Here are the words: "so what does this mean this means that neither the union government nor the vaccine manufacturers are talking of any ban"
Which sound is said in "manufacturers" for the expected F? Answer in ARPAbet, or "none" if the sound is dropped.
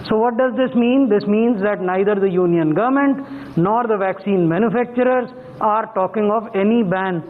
F